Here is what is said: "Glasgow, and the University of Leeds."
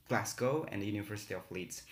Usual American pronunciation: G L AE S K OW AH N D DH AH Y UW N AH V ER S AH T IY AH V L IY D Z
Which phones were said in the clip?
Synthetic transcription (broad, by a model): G L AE S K OW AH N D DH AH Y UW N AH V ER S AH T IY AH F L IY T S